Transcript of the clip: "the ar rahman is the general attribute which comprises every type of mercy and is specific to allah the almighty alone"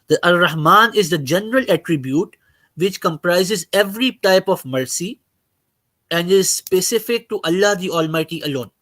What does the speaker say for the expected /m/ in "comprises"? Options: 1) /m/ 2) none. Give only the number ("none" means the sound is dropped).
1